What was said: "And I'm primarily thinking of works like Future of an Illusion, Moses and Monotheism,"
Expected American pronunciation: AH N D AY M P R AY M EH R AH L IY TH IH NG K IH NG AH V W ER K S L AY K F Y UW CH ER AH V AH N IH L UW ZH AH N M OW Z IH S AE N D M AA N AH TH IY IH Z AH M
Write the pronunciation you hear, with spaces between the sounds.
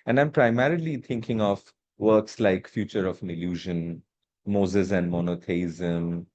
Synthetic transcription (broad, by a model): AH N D AY M P R AY M EH R AH L IY T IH NG K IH NG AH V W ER K S L AY K F Y UW CH ER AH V AH N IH L UW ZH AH N M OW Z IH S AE N D M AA N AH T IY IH Z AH M